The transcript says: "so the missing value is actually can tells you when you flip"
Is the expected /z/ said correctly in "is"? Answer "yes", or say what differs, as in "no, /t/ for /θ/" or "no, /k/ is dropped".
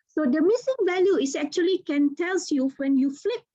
no, /s/ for /z/